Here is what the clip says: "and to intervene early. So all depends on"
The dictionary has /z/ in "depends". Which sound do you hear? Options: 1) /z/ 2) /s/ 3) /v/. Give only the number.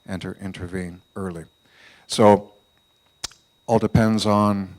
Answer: 1